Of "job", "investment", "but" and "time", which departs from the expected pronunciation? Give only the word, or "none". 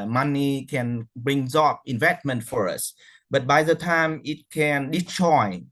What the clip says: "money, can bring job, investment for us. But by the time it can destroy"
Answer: job